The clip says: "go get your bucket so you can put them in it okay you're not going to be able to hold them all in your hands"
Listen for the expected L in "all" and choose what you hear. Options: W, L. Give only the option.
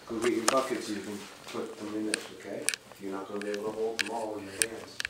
W